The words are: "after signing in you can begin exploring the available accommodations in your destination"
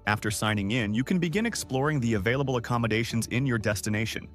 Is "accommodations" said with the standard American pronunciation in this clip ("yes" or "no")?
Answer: yes